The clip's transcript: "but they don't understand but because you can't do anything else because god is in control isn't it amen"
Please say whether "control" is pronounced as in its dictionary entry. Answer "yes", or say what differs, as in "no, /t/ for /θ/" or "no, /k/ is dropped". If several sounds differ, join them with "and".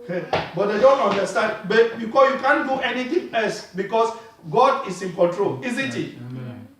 yes